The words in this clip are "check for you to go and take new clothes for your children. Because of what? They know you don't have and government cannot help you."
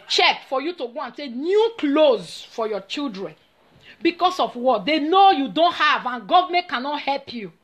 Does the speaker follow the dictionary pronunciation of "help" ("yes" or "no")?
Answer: yes